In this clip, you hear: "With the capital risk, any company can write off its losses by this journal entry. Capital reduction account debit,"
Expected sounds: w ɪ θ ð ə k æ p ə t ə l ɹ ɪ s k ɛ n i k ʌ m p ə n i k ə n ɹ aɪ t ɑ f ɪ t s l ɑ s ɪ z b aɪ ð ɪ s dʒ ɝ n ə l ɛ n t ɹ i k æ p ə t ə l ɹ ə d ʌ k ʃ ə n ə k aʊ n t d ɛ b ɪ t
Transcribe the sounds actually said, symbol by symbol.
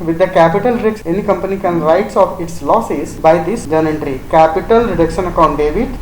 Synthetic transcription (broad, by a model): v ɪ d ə k æ p ə t ə l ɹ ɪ k ɛ n i k ʌ m p ə n i k ə n ɹ aɪ t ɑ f ɪ t s l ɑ s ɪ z b aɪ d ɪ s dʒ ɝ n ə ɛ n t ɹ i k æ p ə t ə l ɹ ə d ʌ k ʃ ə n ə k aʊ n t d ɛ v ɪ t